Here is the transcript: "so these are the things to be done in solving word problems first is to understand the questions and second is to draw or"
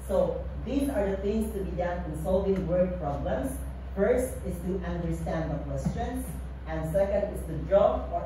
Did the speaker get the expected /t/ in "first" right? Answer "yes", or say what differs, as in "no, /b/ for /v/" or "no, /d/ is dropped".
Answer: yes